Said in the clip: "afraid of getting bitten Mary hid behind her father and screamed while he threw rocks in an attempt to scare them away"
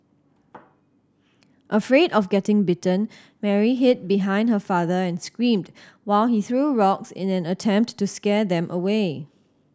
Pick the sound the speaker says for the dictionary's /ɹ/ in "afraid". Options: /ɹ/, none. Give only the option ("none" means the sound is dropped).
/ɹ/